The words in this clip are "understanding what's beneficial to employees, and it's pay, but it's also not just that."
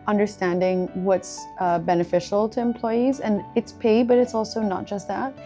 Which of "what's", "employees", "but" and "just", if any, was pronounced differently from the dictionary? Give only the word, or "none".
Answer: none